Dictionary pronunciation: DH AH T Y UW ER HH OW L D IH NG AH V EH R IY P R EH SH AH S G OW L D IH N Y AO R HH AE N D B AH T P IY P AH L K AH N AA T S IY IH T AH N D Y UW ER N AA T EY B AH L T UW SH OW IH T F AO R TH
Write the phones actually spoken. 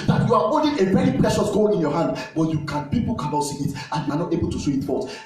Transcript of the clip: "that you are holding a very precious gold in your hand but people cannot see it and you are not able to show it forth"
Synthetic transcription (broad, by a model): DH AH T Y UW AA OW N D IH AH V EH R IY P R EH SH AH S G OW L IH N Y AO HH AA N D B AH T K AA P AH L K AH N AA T S IY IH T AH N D Y UW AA N AA T EY B AH L T UW S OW IH T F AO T